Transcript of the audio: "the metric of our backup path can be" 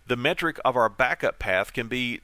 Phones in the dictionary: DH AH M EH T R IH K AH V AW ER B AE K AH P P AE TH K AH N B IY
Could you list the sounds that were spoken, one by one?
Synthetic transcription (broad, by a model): DH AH M EH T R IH K AH V AW ER B AE K AH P P AE TH K AH N B IY